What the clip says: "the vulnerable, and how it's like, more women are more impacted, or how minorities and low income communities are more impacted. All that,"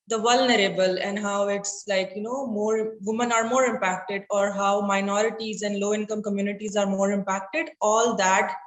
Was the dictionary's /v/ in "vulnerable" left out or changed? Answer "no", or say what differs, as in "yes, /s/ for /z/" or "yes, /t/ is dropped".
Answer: no